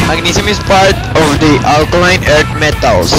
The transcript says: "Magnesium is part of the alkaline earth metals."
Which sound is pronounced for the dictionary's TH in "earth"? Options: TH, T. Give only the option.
T